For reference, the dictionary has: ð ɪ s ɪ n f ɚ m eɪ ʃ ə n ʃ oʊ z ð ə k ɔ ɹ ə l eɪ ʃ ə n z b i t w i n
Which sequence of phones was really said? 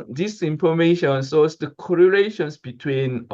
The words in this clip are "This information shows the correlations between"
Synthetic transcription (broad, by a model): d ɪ s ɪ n f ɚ m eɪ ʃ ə n s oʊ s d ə k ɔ ɹ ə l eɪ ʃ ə n s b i t w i n